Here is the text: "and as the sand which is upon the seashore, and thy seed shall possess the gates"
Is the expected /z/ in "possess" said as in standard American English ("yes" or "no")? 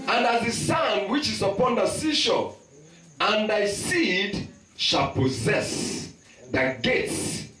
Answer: yes